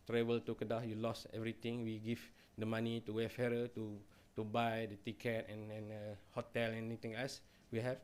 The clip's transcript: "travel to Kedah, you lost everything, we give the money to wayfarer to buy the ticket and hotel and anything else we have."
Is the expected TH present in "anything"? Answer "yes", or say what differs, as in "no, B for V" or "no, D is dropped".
no, T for TH